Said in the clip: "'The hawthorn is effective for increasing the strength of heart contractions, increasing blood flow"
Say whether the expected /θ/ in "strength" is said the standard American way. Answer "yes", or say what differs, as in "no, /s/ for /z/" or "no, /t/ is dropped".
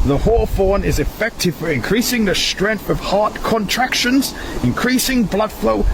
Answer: yes